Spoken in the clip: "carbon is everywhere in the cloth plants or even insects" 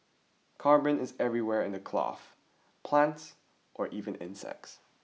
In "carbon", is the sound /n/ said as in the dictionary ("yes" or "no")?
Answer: yes